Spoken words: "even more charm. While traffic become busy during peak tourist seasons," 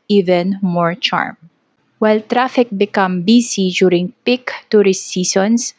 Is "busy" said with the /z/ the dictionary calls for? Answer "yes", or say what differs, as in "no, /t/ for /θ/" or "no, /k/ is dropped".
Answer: no, /s/ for /z/